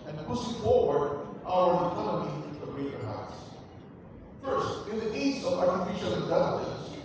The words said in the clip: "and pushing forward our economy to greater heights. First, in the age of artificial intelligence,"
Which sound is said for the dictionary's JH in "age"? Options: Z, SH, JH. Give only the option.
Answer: Z